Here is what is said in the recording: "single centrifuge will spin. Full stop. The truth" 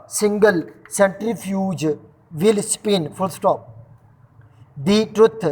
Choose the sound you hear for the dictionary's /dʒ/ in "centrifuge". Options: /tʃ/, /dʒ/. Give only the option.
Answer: /dʒ/